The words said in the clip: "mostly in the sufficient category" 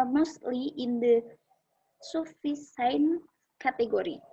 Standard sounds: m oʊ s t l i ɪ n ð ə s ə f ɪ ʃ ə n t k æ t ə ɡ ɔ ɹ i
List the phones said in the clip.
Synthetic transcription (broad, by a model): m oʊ s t l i ɪ n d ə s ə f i s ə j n k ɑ t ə ɡ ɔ ɹ i